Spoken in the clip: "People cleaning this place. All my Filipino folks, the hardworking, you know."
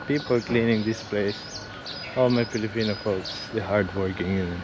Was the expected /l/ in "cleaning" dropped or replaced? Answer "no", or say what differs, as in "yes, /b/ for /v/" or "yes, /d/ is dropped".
no